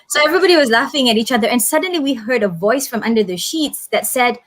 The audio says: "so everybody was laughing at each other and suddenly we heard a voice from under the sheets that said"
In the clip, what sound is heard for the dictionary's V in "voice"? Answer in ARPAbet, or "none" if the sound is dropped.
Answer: V